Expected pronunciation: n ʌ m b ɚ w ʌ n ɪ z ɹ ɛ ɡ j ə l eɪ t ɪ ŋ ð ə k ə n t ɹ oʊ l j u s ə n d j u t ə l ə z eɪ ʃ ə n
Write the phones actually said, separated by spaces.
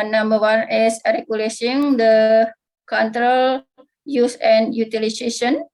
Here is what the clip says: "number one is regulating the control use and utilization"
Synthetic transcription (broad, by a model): n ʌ m b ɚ w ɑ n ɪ s ɹ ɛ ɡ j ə l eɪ s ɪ ŋ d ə k ə n t ɹ oʊ l j u s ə n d j u t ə l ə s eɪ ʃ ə n